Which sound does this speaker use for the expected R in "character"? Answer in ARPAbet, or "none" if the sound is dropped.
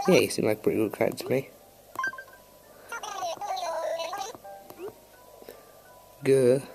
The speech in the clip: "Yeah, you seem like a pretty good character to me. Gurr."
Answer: none